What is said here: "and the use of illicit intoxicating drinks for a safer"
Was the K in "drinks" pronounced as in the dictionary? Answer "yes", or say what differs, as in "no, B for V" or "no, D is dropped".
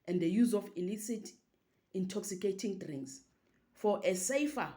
no, K is dropped